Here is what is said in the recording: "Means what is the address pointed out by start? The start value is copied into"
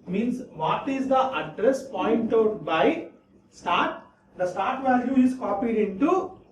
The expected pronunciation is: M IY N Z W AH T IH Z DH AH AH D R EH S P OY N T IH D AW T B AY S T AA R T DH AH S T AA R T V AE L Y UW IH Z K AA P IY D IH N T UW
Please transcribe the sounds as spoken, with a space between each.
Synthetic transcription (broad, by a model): M IY N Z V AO T IH Z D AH AH D R EH S P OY N T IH UH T B AY S T AA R T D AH S T AA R T V AE L Y UW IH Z K AA P IY D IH N T UW